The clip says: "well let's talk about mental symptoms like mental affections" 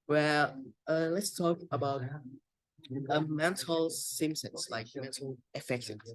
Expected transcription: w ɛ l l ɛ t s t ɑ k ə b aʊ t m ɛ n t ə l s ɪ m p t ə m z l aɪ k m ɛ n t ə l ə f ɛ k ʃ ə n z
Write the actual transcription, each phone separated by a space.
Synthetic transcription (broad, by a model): w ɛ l l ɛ t s t ɑ k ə b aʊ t m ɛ n t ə l s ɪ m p s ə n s l aɪ k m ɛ n t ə l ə f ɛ k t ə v